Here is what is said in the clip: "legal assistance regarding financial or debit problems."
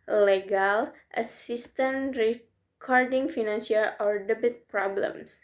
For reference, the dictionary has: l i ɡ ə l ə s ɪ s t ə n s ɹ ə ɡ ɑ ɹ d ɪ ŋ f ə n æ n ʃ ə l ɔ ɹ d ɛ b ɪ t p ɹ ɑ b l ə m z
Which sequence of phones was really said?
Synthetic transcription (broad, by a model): l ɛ ɡ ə l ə s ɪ s t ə n ɹ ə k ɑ ɹ d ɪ ŋ f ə n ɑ n s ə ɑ ɔ ɹ d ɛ b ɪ t p ɹ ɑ b l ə m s